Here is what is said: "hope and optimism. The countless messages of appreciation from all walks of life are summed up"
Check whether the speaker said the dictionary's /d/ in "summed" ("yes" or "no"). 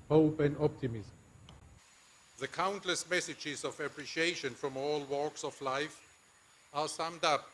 yes